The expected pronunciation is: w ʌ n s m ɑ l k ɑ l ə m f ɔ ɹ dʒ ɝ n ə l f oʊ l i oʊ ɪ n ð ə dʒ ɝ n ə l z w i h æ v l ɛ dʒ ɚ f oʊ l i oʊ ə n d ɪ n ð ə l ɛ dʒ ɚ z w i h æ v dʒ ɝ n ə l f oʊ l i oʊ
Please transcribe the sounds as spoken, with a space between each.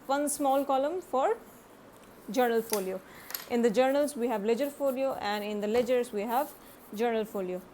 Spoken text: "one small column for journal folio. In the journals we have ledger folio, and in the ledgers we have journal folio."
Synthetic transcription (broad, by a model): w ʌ n s m ɑ l k ɑ l ə m f ɔ ɹ dʒ ɝ n ə l f oʊ l i oʊ ɪ n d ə dʒ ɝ n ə l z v i h æ v l ɛ dʒ ɚ f oʊ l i oʊ ə n d ɪ n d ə l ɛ dʒ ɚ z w i h æ v dʒ ɝ n ə l f oʊ l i oʊ